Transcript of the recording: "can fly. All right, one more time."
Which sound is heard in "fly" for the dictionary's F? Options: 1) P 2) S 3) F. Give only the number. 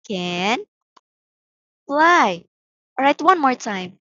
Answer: 1